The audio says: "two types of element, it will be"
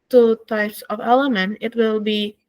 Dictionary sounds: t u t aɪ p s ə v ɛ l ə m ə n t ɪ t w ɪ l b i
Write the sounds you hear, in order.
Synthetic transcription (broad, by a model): t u t aɪ p s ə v ɛ l ə m ə n t ɪ t w ɪ l b i